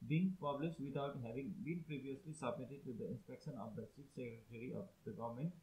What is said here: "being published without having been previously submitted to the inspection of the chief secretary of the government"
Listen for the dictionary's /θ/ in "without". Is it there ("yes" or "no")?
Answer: no